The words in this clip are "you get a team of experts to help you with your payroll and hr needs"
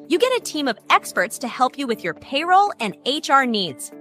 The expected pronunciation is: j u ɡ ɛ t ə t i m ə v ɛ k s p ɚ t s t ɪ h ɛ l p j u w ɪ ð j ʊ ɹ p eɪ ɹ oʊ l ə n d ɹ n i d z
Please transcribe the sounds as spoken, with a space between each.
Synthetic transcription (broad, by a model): j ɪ ɡ ɛ t ə t i m ə v ɛ k s p ɚ t s t ɪ h ɛ l p j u w ɪ ð j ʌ ɹ p eɪ ɹ oʊ l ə n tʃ ɹ n i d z